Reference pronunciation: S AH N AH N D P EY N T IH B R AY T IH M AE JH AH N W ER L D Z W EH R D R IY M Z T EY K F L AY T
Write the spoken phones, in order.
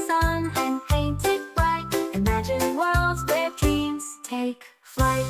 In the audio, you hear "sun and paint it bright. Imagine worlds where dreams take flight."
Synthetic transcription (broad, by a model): S AH N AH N P EY N T IH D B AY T IH M AE JH AH N W ER L D Z W EH R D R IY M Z T EY K F L AY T